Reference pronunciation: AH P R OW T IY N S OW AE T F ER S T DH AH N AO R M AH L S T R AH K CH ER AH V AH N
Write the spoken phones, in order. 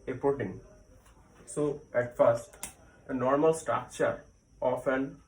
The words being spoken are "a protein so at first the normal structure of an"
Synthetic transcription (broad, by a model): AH P OW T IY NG S OW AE T F ER S T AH N AO R M AH L S T R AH K CH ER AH F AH N